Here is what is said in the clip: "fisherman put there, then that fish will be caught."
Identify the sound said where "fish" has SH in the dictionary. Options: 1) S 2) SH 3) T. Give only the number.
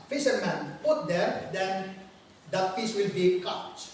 1